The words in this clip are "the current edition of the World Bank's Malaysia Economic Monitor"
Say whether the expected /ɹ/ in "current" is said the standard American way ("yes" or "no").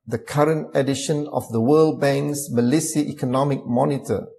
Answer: yes